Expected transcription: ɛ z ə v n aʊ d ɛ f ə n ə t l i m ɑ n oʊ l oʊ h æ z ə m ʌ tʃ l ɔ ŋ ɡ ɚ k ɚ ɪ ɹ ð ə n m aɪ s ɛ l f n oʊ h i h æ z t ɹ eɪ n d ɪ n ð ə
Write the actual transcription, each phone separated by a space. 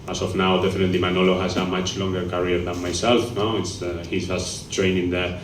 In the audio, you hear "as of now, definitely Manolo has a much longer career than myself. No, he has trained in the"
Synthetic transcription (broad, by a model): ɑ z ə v n aʊ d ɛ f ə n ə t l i m ɑ n oʊ l oʊ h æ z ə m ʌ tʃ l ɔ ŋ ɡ ɚ k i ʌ ɹ ð ə n m aɪ s ɛ l f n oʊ h i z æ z t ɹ eɪ n ɪ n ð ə